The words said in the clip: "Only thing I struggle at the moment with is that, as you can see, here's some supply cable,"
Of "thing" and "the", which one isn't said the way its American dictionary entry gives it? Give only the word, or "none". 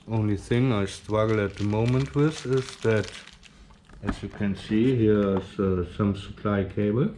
none